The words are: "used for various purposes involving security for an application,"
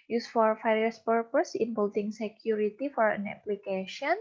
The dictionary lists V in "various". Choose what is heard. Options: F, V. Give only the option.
F